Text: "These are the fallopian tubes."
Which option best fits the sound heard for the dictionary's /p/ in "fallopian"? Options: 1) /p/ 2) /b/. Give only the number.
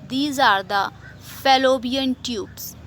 2